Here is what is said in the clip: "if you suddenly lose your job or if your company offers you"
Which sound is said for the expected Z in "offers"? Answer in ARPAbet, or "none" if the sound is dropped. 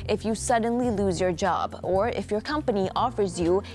Z